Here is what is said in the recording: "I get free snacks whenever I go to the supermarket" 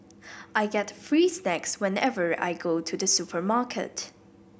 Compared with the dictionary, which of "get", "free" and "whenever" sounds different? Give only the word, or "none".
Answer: none